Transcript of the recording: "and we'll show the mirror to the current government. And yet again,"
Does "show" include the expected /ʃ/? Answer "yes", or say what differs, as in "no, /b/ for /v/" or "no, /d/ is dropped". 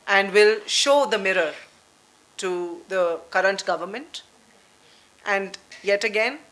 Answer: yes